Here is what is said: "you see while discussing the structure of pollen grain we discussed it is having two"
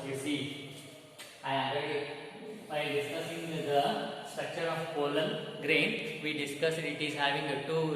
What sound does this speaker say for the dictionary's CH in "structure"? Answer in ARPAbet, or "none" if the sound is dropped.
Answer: CH